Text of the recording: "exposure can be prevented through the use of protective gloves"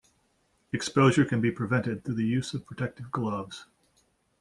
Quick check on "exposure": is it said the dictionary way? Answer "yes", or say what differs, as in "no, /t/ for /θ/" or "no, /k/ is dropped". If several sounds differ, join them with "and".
yes